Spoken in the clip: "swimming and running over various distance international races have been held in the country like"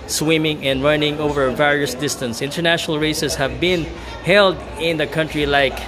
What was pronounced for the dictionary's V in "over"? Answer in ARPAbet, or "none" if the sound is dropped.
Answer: V